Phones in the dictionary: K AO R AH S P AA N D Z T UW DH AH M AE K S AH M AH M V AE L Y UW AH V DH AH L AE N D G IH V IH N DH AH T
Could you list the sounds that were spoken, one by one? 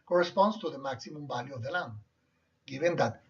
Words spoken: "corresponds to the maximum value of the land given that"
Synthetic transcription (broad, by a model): K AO R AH S P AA N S T UW DH AH M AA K S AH M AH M B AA L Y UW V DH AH L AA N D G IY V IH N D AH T